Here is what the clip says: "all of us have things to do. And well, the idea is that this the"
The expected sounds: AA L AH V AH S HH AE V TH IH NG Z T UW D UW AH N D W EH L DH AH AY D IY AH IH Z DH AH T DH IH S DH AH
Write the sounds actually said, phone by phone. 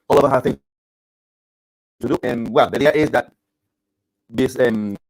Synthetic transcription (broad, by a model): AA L AH V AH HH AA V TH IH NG T UW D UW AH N W EH L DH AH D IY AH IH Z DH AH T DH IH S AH